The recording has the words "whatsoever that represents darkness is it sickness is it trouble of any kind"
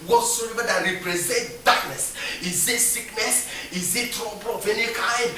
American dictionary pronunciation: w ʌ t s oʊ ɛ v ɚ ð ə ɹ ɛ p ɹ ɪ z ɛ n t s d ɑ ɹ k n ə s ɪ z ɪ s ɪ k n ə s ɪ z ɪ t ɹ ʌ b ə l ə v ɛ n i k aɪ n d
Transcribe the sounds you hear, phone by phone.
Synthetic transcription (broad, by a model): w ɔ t s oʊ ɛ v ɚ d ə ɹ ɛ p ɹ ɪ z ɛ n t d ɑ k n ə s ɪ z ɪ s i k n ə s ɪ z ɪ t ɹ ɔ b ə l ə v ɛ n i k aɪ n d